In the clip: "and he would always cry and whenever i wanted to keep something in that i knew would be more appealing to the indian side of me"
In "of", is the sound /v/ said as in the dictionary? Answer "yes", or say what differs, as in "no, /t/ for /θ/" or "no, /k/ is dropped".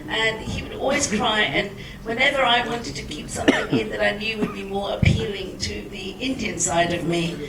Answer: yes